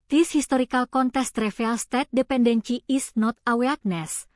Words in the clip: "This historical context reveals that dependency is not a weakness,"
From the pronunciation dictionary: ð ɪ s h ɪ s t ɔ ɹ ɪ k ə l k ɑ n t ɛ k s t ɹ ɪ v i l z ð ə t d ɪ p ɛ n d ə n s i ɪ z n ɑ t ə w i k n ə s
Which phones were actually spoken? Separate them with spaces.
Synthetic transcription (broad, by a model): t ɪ s h ɪ s t ɔ ɹ ɪ k ə l k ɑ n t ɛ s t ɹ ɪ f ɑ l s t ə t d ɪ p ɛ n d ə n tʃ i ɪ s n ɑ t ə w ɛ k n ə s